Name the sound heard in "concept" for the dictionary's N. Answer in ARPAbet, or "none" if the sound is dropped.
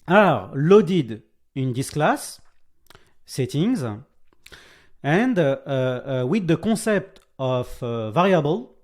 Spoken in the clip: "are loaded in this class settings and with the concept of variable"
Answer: none